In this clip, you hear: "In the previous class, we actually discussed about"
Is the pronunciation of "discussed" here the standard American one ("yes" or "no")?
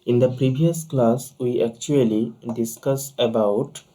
no